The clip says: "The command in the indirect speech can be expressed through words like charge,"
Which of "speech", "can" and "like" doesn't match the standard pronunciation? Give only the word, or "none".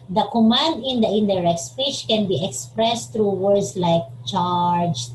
speech